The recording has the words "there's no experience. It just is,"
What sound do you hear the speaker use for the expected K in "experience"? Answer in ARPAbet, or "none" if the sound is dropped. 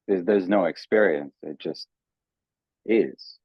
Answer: K